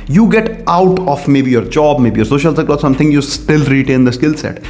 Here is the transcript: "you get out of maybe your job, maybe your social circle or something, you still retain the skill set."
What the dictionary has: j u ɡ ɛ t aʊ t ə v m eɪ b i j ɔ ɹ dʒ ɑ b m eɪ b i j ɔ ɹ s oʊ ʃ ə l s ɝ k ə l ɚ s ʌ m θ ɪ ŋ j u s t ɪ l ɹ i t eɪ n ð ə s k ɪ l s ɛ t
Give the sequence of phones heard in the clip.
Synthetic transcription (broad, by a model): j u ɡ ɛ t aʊ t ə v m eɪ b i j ɔ ɹ dʒ ɑ b m eɪ b i j ɔ ɹ s oʊ ʃ ə l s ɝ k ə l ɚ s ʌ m t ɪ ŋ j u s t ɪ l ɹ i t eɪ n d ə s k ɪ l s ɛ t